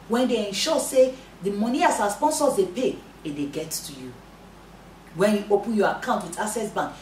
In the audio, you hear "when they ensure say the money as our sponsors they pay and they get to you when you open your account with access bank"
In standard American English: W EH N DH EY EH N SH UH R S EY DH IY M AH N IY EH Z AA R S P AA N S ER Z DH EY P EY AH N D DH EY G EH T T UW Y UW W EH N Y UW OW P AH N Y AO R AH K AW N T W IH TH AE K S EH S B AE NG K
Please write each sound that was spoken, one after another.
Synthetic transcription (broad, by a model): W EH N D EY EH N SH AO S EY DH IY M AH N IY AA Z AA S P AA N S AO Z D EY P EY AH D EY G EH T T UW Y UW W EH N Y UW OW P AH N Y AO AH K AW N T W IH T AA S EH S B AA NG K